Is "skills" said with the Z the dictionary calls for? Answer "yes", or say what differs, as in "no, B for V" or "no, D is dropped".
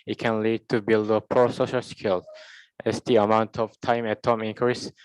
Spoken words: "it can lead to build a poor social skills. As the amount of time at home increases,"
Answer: no, Z is dropped